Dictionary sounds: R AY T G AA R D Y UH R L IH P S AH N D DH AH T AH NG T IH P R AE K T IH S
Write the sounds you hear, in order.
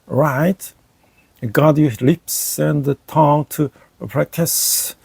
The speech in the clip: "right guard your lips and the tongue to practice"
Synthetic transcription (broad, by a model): R AY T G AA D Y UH L IH P S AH N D DH AH T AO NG T IH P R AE K T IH S